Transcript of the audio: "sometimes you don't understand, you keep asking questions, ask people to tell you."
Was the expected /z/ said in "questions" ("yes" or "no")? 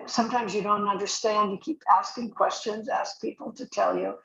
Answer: yes